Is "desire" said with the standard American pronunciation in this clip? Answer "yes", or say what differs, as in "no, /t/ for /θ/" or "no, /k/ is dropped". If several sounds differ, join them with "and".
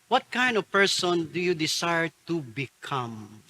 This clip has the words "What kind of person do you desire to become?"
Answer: no, /s/ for /z/